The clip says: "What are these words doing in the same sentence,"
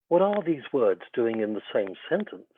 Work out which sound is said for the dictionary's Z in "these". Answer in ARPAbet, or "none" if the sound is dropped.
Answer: Z